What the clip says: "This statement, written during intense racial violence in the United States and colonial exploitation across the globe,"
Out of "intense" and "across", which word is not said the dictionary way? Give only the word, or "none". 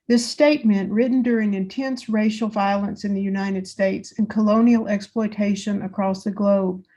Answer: none